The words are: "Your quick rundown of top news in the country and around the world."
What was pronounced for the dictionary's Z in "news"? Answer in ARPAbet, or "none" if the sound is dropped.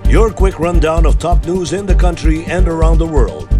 Z